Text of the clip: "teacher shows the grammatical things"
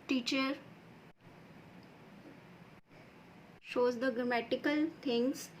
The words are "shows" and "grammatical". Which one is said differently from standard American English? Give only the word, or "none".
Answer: none